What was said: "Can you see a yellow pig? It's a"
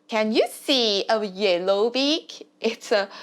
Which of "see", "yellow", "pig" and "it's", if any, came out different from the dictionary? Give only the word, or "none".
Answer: pig